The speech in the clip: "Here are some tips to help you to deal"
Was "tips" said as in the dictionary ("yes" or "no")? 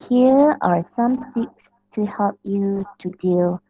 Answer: no